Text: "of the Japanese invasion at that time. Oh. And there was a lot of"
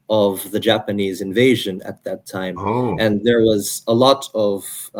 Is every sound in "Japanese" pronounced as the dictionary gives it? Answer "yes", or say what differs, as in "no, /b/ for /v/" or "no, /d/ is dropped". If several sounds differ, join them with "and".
yes